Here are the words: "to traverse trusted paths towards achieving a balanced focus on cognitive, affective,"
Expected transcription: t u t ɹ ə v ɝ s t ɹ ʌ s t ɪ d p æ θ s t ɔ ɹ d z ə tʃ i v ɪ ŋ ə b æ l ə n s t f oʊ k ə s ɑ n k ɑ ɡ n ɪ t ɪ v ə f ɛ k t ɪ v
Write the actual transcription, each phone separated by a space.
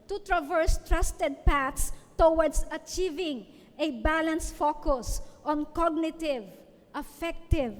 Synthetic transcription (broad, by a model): t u t ɹ ə v ɝ s t ɹ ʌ s t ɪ d p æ t s t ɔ w d s ə tʃ i v ɪ ŋ ə b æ l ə n s f oʊ k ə s ɑ n k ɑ ɡ n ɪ t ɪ v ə f ɛ k t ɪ v